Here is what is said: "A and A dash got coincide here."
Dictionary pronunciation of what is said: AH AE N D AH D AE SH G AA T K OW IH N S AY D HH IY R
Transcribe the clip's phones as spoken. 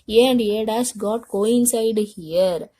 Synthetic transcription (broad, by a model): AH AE N D AH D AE S G AA T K OW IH N S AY D HH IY R